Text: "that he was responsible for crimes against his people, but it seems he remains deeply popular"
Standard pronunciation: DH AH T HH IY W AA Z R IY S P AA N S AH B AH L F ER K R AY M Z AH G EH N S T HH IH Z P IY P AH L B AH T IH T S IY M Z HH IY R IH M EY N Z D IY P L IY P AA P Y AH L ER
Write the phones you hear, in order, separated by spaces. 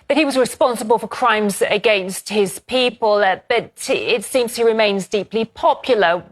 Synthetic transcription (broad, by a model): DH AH T HH IY W AA Z R IY S P AA N S AH B AH L F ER K R AY M Z AH G EH N S T HH IH Z P IY P AH L B AH T IH T S IY M Z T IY R IH M EY N Z D IY P L IY P AA P Y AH L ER